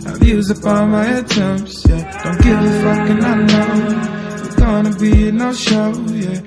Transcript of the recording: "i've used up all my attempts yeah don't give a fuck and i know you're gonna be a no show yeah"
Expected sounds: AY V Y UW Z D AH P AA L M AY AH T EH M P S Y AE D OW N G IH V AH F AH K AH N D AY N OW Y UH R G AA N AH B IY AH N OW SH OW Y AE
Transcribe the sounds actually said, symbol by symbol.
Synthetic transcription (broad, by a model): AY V Y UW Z AH P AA N M AY AH T EH M P S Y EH D OW N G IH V AH F AH K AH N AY N OW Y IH G AA N AH B IY AH N OW SH OW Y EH